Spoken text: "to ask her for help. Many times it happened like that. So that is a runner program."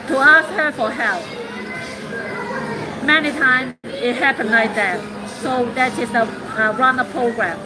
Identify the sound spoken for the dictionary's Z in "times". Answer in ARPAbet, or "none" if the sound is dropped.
none